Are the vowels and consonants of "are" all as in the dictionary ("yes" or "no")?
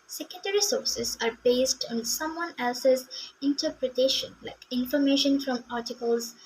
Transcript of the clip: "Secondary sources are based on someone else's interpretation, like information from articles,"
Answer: yes